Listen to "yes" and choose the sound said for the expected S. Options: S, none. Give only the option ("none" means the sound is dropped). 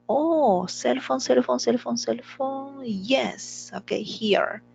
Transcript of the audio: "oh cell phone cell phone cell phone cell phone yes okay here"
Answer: S